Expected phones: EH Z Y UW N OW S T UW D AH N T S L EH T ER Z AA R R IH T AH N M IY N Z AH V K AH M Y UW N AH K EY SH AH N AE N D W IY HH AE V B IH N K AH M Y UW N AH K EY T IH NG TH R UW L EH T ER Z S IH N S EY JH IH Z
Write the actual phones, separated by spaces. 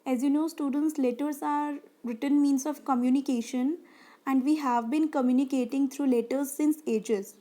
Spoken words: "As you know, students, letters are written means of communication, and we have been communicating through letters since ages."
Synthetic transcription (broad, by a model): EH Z Y UW N OW S T UW D AH N T S L EH T ER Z AA R R IH T AH N M IY N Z AH V K AH M Y UW N AH K EY SH AH N AE N D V IY HH AE V B IH N K AH M Y UW N AH K EY T IH NG T R UW L EH T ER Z S IH N S EY JH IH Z